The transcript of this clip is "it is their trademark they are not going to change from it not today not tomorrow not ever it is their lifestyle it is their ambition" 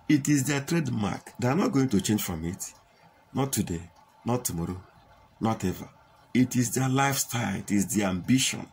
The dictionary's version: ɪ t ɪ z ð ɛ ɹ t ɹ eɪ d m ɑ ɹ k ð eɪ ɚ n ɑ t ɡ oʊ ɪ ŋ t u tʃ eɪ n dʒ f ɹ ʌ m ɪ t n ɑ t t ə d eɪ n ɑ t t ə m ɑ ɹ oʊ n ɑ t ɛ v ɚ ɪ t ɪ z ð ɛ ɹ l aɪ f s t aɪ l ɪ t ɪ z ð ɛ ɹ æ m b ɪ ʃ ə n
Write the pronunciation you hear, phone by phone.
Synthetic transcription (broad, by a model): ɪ t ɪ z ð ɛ t ɹ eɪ d m ɑ k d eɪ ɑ n ɑ t ɡ oʊ ɪ ŋ t u tʃ eɪ n dʒ f ɹ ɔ m ɪ t n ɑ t t ə d eɪ n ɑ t t ə m ɑ ɹ oʊ n ɑ t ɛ v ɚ ɪ t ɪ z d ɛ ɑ l aɪ f s t aɪ l ɪ t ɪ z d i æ m b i ʃ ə n